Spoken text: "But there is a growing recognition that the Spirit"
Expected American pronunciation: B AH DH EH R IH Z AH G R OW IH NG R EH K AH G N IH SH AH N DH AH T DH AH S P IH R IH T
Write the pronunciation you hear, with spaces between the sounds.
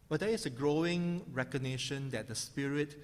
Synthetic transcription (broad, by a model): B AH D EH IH S AH G R OW IH NG R EH K AH G N IH SH AH N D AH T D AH S P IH R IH T